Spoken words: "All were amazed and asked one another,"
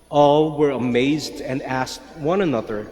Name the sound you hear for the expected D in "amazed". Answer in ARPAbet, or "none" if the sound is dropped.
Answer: D